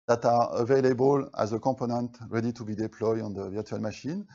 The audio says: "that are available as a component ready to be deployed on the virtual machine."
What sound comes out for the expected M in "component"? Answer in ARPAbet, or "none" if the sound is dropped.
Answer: none